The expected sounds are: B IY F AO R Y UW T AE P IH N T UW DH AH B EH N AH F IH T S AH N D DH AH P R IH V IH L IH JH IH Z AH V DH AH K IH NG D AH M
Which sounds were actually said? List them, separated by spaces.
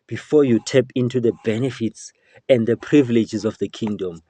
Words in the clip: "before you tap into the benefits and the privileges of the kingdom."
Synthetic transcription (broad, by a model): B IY F AO Y UW T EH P IH N T UW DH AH B EH N AH F IH T S AH N D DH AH P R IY V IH L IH JH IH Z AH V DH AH K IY NG D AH M